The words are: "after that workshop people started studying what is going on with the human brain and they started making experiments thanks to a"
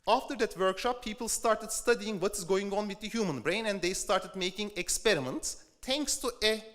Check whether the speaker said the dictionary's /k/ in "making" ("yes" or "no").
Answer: yes